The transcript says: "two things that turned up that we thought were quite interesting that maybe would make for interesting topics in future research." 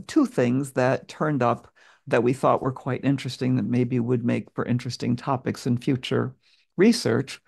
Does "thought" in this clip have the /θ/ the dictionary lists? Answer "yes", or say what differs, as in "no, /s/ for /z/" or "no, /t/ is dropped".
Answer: yes